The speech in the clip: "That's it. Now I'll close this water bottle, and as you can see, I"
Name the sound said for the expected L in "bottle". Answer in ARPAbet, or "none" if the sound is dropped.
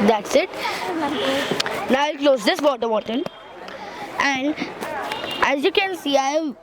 N